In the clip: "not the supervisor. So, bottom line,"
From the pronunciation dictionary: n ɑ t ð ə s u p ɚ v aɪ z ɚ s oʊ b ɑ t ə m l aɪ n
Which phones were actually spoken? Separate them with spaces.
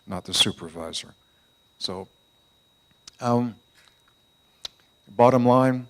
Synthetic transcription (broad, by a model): n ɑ t ð ə s u p ɚ v aɪ z ɚ s oʊ b ɑ t ə m l aɪ n